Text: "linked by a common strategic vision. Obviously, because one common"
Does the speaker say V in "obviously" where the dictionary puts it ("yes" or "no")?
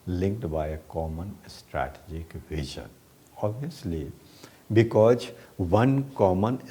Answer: no